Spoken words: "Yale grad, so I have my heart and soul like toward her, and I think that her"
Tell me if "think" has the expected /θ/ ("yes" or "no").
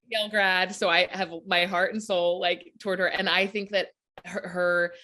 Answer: yes